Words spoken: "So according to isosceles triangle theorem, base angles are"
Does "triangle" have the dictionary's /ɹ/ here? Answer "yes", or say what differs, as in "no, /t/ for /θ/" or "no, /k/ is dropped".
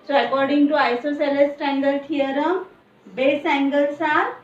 no, /ɹ/ is dropped